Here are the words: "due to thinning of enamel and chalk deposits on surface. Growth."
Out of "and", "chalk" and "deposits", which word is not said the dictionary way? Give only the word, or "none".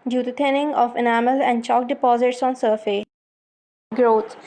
none